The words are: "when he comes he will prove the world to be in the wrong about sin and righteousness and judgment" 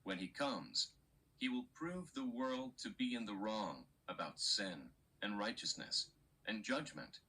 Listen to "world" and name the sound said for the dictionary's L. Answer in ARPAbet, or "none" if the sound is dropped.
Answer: L